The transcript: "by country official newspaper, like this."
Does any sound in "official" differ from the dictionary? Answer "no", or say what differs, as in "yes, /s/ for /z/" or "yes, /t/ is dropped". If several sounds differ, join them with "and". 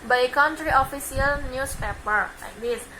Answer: yes, /s/ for /ʃ/